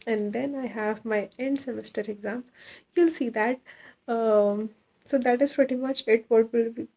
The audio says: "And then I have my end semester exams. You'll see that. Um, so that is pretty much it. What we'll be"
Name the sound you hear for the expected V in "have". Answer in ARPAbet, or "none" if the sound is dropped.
V